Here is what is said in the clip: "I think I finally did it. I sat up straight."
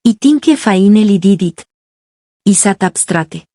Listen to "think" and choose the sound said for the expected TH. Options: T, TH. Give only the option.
T